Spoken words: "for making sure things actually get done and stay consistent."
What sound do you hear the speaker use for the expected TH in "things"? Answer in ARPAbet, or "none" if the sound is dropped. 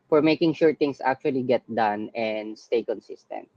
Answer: T